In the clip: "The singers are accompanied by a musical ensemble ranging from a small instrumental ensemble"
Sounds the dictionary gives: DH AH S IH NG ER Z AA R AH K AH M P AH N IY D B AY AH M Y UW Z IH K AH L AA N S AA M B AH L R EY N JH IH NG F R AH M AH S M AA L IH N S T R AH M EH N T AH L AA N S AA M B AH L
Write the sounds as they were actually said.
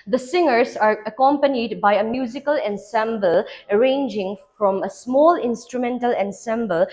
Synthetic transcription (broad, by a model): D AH S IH NG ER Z AA R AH K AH M P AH N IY D B AY AH M Y UW Z IH K AH L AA N S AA M B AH L R EY N JH IH NG F R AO M AH S M AA L IH N S T R AH M EH N T AH L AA N S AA M B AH L